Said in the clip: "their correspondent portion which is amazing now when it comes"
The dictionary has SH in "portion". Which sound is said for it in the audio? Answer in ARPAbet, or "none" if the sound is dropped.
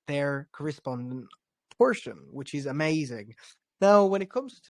SH